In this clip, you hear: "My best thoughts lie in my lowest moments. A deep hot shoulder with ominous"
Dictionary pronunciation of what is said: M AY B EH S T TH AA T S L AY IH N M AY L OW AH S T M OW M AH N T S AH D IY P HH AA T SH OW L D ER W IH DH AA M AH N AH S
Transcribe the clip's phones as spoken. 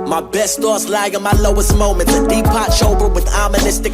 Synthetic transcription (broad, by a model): M AY B EH S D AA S L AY IH N M AY L OW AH S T M OW M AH N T AH D IY P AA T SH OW L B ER W IH DH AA M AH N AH S